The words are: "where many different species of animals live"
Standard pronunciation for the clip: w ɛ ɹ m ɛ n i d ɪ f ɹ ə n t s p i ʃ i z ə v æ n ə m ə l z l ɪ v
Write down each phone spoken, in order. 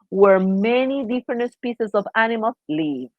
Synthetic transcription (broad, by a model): w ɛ ɹ m ɛ n i d ɪ f ɹ ə n t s p i s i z ə v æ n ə m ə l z l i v